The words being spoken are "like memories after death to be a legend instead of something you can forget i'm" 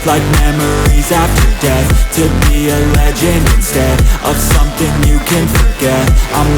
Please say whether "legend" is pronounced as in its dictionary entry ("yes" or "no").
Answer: no